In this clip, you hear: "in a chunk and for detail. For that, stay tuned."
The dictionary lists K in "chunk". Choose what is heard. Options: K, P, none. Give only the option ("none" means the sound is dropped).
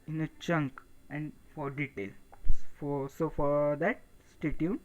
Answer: K